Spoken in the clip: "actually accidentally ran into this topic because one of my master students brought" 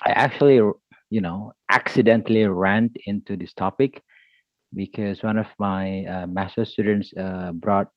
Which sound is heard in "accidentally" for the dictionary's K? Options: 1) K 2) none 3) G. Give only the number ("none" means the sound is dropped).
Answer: 1